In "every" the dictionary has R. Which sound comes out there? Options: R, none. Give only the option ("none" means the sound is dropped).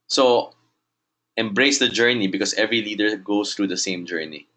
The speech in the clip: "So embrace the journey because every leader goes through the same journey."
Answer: R